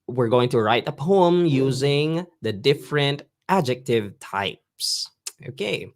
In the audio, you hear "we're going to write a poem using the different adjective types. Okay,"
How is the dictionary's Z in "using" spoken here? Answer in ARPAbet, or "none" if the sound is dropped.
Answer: Z